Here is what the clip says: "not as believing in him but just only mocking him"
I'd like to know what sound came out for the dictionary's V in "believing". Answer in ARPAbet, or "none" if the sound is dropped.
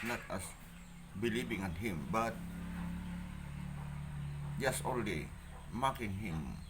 B